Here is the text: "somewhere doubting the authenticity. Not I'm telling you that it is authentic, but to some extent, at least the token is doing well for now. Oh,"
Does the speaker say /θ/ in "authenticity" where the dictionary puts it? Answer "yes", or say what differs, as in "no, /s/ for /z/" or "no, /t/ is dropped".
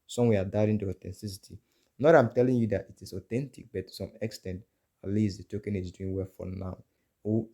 no, /t/ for /θ/